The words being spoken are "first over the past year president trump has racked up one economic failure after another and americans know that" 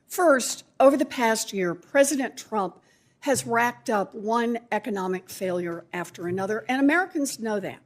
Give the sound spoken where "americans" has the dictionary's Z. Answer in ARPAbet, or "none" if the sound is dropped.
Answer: Z